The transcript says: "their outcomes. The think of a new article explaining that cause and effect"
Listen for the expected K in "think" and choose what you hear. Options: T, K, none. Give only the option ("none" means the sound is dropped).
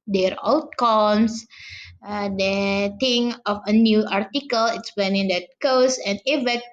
none